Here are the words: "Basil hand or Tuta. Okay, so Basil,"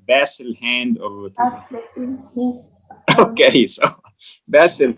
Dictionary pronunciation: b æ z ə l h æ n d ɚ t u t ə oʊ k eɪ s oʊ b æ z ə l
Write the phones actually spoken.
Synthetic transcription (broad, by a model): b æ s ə l h æ n d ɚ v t oʊ k eɪ s oʊ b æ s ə l